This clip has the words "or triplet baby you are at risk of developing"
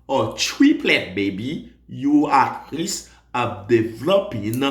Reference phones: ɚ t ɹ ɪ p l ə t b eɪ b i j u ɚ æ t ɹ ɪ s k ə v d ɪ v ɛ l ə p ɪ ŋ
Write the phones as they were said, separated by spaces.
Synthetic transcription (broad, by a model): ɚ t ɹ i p l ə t b eɪ b i j u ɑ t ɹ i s ə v d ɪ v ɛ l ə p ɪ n